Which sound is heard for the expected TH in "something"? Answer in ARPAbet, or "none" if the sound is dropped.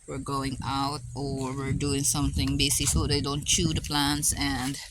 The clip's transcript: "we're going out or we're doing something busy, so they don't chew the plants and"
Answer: TH